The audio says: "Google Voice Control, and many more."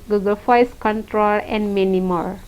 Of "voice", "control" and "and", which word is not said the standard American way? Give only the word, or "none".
voice